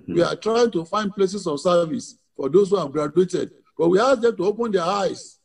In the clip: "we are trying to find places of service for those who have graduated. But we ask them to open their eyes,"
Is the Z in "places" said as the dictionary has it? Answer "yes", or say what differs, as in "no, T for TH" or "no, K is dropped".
no, S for Z